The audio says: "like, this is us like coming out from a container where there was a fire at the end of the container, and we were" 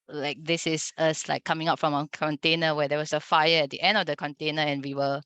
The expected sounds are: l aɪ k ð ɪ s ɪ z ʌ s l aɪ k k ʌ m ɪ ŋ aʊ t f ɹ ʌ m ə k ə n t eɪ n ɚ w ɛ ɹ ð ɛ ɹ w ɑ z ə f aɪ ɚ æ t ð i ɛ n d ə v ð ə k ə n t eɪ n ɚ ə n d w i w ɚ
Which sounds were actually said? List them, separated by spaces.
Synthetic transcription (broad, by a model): l aɪ k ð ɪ s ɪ s ʌ s l aɪ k k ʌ m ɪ ŋ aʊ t f ɹ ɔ m ə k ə n t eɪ n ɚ w ɛ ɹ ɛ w ɑ s ə f aɪ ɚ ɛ t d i ɛ n d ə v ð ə k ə n t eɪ n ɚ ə n w i w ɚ